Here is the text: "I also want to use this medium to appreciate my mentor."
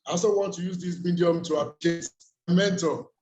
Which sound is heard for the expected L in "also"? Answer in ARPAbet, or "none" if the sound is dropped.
none